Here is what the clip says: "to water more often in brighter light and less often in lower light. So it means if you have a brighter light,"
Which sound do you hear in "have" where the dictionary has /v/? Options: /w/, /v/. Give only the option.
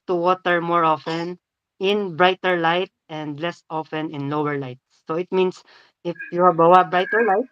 /w/